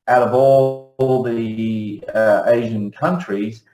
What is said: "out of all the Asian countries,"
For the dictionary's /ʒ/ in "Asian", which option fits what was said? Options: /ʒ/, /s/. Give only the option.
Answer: /ʒ/